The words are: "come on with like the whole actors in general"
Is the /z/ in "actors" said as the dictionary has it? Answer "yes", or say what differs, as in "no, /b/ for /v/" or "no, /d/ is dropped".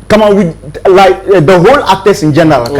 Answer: no, /s/ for /z/